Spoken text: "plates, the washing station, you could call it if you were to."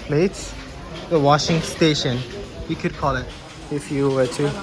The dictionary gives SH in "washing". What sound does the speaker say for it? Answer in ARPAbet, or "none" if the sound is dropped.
SH